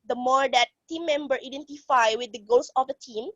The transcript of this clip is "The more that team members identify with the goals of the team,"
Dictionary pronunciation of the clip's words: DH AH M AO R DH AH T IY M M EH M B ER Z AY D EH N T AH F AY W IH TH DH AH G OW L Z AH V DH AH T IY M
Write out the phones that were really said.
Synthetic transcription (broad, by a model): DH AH M AO R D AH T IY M M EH M B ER IY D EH N T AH F AY W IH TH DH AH G OW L S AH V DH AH T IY M